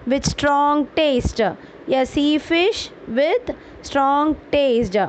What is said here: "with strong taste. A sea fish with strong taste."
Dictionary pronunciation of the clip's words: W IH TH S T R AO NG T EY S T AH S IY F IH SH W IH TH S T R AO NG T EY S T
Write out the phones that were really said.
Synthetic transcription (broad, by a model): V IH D S T R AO NG T EY S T AH S IY F IH SH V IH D S T R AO NG T EY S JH